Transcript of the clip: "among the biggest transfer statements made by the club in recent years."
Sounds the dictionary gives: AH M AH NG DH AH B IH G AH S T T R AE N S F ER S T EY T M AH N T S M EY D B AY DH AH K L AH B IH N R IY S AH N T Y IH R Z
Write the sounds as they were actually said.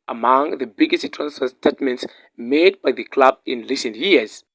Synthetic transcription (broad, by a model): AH M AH NG DH AH B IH G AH S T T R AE N S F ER S T EY T M AH N T S M EY D B AY DH AH K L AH B IH N L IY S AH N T Y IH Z